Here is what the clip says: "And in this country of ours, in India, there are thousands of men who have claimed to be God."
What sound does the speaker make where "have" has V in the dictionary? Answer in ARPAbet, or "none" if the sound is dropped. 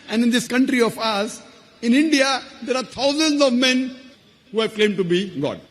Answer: V